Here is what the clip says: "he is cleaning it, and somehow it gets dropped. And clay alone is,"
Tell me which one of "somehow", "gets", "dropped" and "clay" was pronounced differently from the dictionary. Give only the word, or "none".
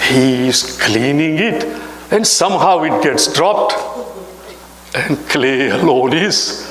none